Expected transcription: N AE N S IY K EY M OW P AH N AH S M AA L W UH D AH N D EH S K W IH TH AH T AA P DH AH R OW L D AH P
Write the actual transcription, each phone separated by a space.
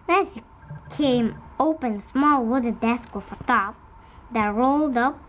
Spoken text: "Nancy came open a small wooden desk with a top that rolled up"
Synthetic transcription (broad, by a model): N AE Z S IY K EY M OW P AH N S M AA L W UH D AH D EH S K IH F AH T AA P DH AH R OW L D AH P